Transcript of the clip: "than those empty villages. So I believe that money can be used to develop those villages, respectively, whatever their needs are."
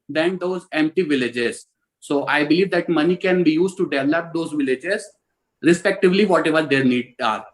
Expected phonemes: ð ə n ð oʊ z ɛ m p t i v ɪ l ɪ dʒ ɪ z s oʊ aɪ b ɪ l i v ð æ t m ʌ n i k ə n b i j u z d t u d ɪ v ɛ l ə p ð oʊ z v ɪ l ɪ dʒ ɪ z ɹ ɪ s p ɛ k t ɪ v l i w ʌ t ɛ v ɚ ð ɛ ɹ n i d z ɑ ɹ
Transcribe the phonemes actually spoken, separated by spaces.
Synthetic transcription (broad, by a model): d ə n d oʊ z ɛ m p t i v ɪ l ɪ dʒ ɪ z s oʊ aɪ b ɪ l i v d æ t m ʌ n i k ə n b i j u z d t u d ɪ v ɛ l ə p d oʊ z v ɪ l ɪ dʒ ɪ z ɹ ɪ s p ɛ k t ɪ v l i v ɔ t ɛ v ɚ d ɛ ɹ n i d ɑ ɹ